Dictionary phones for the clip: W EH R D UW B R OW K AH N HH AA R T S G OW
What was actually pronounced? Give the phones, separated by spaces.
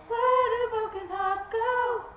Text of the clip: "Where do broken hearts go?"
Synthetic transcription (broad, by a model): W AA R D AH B OW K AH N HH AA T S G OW